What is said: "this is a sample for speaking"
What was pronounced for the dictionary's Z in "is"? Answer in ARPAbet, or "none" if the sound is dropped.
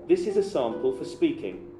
Z